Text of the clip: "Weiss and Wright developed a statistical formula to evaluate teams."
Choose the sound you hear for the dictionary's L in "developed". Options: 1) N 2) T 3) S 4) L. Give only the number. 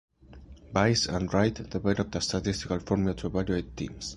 1